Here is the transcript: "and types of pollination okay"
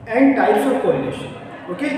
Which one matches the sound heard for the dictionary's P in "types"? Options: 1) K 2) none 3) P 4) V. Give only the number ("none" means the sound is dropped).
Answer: 2